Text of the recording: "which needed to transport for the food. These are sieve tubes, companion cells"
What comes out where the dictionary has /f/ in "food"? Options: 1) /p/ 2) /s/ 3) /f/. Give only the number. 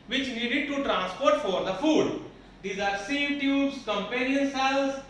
3